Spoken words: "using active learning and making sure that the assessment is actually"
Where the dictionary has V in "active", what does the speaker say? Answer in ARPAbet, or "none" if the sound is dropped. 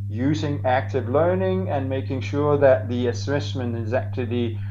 V